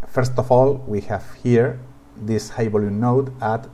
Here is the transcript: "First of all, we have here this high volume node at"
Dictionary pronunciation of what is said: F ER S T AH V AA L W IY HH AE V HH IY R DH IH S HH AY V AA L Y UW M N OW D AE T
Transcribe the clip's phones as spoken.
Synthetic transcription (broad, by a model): F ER S T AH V AA L W IY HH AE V HH IY R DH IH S HH AY B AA L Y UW N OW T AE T